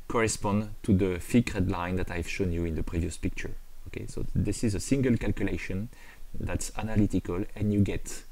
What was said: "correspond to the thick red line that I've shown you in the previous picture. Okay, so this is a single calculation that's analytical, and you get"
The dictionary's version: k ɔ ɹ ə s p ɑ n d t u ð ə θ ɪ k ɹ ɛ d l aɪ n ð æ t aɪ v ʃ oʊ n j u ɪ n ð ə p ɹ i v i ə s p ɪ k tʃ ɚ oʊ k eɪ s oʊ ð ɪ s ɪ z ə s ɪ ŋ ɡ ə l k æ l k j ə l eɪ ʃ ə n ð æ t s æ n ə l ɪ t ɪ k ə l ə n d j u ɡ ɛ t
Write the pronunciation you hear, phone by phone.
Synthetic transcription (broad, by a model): k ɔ ɹ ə s p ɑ n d t u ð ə f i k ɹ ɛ d l aɪ n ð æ t aɪ v ʃ oʊ n j u ɪ n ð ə p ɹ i v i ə s p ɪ k tʃ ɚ oʊ k eɪ s oʊ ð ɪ s ɪ z ə s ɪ ŋ ɡ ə l k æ l k j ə l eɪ ʃ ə n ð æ t s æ n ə l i t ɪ k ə l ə n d j u ɡ ɛ t